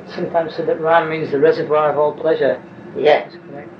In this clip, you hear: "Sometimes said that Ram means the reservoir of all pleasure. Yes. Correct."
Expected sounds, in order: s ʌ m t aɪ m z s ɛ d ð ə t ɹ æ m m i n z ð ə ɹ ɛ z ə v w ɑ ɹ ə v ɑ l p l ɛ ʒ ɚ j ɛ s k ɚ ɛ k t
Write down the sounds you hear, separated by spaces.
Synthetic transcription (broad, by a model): s ʌ m t aɪ m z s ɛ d ð ə t ɹ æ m m i n z ð ə ɹ ɛ z ə v w ɑ ɹ ə v ɑ l p l ɛ ʒ ɚ j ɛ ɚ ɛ